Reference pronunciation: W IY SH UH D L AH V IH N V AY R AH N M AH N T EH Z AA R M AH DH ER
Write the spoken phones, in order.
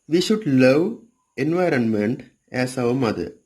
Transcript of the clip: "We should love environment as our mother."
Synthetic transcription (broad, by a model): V IY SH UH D L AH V IH N V AY R AH N M AH N T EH S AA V M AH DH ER